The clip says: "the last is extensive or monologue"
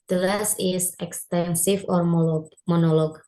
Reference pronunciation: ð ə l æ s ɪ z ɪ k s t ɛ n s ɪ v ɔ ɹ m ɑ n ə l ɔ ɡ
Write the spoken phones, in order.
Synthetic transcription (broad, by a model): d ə l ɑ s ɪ s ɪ k s t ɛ n s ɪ f ɔ ɹ m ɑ n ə l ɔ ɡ